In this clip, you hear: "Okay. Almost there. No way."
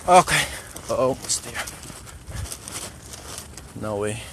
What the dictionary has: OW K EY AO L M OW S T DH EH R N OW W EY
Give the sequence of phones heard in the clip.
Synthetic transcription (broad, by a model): OW K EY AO M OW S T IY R N OW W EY